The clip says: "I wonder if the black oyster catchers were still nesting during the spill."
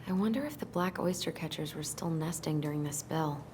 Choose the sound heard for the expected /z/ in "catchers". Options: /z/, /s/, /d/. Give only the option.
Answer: /z/